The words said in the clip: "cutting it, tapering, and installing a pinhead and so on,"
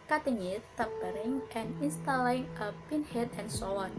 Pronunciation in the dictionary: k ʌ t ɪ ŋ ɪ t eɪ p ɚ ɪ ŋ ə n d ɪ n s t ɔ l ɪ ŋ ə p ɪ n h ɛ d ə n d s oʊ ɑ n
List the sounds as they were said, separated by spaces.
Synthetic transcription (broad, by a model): k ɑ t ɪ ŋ ɪ t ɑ b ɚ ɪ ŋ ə n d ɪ n s t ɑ l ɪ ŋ ə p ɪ n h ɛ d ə n s oʊ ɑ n